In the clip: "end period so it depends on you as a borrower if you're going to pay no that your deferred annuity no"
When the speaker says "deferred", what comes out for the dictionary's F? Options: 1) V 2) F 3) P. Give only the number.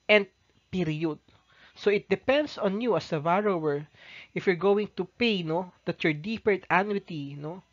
3